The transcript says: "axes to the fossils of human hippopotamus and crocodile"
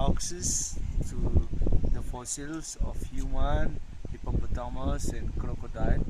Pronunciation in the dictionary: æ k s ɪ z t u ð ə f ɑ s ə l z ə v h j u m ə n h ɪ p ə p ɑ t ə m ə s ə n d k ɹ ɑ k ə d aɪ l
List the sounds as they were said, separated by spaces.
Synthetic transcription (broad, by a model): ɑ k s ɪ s t u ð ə f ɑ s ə l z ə f h j u m ə n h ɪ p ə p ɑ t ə m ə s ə n k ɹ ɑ k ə d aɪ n